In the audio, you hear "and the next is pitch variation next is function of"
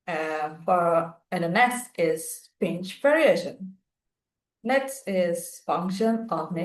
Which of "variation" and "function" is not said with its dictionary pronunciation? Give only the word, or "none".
none